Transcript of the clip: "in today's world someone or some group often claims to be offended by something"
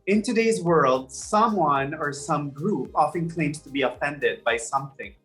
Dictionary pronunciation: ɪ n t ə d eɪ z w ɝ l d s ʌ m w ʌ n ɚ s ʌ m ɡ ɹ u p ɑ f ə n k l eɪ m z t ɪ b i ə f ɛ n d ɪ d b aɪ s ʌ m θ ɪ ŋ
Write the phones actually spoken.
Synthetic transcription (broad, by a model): ɪ n t ə d eɪ z w ɝ l d s ʌ m w ʌ n ɚ s ʌ m ɡ ɹ u p ɑ f ə n k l eɪ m t ɪ b i ə f ɛ n d ɪ d b aɪ s ʌ m θ ɪ ŋ